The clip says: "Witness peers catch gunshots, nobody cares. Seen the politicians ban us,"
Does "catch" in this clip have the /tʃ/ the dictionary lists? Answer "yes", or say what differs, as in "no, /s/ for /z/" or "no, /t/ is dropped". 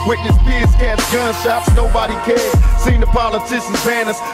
no, /s/ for /tʃ/